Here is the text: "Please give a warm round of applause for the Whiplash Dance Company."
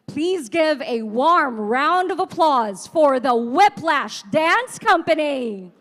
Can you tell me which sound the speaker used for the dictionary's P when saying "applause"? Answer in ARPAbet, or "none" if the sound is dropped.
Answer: P